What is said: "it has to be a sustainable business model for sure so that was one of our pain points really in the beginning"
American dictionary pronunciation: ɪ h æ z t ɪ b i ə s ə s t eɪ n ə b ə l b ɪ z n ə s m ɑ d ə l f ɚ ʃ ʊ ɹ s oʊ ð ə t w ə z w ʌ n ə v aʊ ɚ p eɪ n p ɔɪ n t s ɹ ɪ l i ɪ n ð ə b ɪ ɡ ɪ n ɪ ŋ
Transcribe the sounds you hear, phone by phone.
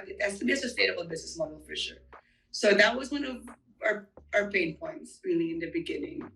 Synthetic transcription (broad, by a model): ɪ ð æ s t ɪ b i ə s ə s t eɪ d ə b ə b ɪ z n ə s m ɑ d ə l f ɚ ʃ ʊ ɹ s oʊ ð ə t w ə z w ʌ n ə v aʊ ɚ p eɪ n p ɔɪ n t s ɹ ɪ l i ɪ n ð ə b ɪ ɡ ɪ n ɪ ŋ